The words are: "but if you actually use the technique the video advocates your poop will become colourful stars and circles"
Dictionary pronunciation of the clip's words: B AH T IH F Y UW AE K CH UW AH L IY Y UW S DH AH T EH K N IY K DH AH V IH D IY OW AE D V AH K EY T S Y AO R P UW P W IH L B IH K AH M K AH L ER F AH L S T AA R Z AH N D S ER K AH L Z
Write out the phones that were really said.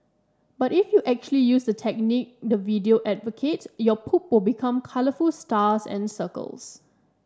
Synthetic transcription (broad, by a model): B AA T IH F Y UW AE K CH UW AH L IY Y UW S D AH T EH K N IY K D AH V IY D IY OW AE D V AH K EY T Y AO P UW P W IH L B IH K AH M K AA L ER F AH L S T AA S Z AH N S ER K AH L S